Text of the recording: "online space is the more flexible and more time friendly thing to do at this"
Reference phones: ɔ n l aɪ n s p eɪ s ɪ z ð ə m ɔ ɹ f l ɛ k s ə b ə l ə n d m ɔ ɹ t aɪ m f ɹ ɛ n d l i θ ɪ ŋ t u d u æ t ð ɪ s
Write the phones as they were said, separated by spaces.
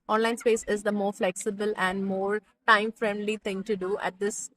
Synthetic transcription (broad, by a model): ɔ n l aɪ n s p eɪ s ɪ z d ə m ɔ ɹ f l ɛ k s ə b ə l ə n d m ɔ ɹ t aɪ m f ɹ ɛ n d l i t ɪ ŋ t u d u æ t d ɪ s